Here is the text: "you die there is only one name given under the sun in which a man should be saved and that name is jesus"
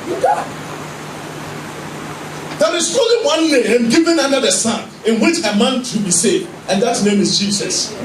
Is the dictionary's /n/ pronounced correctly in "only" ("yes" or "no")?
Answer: no